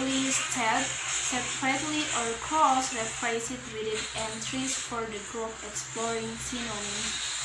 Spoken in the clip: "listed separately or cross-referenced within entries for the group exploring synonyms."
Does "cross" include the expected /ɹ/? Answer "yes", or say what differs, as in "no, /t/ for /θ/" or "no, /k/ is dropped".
no, /ɹ/ is dropped